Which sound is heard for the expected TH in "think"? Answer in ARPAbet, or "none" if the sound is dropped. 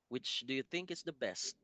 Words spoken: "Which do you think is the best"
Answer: TH